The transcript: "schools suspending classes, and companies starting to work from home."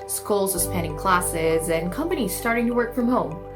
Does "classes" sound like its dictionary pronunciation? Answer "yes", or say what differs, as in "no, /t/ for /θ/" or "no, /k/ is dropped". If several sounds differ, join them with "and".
yes